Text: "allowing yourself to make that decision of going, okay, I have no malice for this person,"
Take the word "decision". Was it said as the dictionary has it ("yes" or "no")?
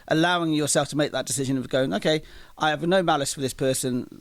yes